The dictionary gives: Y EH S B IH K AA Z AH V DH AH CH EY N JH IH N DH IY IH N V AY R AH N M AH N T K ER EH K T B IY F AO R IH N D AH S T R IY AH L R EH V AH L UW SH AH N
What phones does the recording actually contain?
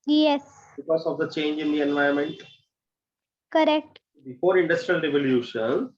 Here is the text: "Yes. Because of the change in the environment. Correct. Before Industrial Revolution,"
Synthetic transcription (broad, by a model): Y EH S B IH K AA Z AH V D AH CH EY N JH IH N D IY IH N V AY AH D M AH N T K ER EH K T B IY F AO R IH N D AH S T R IY AH L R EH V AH L UW SH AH N